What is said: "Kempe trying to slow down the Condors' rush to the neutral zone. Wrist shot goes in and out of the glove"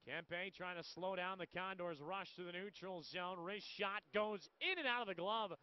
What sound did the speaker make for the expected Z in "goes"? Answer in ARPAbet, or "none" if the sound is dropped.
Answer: Z